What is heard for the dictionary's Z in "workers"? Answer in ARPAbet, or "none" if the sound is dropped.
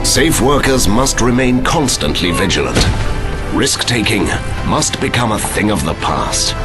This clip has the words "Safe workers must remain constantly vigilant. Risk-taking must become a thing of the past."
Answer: Z